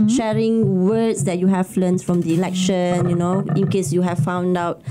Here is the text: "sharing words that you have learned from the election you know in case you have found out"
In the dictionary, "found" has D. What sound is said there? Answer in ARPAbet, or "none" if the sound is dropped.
D